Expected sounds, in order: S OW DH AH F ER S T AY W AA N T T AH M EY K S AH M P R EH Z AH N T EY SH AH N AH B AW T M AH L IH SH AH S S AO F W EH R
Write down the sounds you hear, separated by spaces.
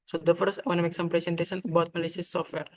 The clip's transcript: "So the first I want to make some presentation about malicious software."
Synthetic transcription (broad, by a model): S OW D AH F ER S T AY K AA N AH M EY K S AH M P R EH S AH N T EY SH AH N AH B AW T M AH L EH S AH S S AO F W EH R